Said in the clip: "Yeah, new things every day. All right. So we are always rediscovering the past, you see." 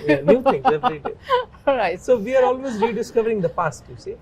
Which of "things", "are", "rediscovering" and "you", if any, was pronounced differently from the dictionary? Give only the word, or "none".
things